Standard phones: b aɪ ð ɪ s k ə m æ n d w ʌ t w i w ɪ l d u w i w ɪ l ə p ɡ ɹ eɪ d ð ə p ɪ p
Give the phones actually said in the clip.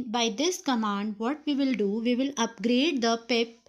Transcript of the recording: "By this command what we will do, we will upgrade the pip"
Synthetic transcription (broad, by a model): b aɪ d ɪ s k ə m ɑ n d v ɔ t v i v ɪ l d u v i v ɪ l ə p ɡ ɹ eɪ d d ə p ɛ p